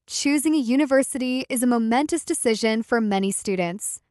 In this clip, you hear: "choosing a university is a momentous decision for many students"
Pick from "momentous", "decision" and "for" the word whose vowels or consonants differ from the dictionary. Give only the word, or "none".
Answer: none